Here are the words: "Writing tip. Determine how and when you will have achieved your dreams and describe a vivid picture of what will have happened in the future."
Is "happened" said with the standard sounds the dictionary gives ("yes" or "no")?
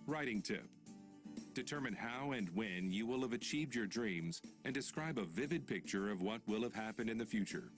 yes